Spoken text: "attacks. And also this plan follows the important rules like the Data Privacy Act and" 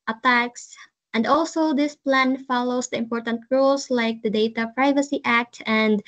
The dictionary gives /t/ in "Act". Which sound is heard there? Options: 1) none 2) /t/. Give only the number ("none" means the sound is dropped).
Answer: 2